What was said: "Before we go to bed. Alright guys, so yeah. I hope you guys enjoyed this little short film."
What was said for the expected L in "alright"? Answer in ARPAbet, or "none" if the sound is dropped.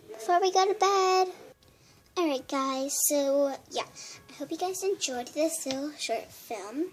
none